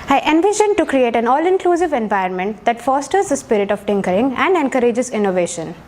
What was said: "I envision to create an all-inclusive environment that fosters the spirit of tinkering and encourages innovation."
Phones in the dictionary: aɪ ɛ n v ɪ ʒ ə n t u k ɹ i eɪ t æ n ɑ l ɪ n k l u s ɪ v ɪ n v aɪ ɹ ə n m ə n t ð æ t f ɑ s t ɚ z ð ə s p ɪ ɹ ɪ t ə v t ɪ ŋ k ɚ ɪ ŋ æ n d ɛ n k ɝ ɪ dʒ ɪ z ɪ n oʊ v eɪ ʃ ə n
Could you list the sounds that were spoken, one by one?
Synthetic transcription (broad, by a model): aɪ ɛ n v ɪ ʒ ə n t u k ɹ i eɪ t æ n ɑ l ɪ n k l u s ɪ v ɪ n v aɪ ə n m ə n t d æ t f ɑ s t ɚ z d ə s p ɪ ɹ ɪ t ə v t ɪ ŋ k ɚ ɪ ŋ æ n d ɛ n k ɝ ɪ dʒ ɪ z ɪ n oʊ v eɪ ʃ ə n